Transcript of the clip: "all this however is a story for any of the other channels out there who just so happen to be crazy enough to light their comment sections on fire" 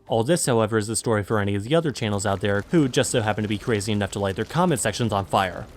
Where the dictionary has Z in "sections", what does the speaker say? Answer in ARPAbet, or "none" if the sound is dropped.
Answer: Z